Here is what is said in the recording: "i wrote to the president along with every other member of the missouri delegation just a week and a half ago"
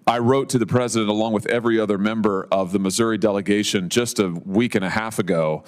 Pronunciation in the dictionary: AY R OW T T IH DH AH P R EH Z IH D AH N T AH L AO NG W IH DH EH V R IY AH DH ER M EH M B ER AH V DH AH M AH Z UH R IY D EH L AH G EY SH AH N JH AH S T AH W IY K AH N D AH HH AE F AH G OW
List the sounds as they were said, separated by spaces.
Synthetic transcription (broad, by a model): AY R OW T T IH DH AH P R EH Z IH D AH N T AH L AO NG W IH DH EH V R IY AH DH ER M EH M B ER AH V DH AH M AH Z UH R IY D EH L AH G EY SH AH N JH AH S T AH W IY K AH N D AH HH AE F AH G OW